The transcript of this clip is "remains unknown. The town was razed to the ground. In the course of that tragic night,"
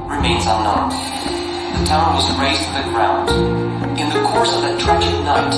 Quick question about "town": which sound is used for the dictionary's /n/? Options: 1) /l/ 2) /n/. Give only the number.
2